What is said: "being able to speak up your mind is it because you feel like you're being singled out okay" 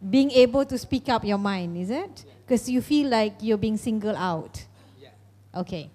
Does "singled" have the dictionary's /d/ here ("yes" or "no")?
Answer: no